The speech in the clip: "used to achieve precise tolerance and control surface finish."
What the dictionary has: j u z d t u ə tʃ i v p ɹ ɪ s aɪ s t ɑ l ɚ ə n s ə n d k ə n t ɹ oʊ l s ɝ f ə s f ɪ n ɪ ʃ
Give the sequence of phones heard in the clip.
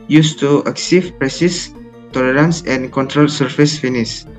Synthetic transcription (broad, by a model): j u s t u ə s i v p ɹ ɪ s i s t ɑ l ɚ ə n s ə n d k ə n t ɹ oʊ l s ɝ f ə s f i n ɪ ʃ